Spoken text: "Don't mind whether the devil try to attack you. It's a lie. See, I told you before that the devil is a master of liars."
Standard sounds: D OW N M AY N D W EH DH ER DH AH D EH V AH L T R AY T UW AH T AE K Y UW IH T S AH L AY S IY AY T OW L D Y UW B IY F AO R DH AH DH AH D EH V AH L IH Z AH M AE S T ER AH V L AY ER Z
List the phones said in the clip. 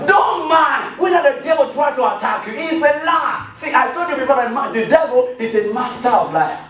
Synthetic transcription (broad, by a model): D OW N M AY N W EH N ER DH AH D EH V AH L T R AY T UW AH T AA K Y UW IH S AH L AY S IY AY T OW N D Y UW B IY P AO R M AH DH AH D EH V AH L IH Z AH M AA S T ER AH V L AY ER